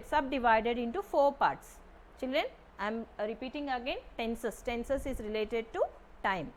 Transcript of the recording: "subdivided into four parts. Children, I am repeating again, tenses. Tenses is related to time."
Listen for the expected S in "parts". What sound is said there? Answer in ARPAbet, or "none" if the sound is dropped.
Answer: S